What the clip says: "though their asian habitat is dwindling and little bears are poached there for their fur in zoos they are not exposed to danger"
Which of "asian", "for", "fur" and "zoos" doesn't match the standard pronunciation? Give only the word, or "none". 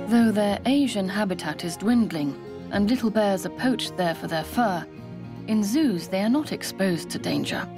none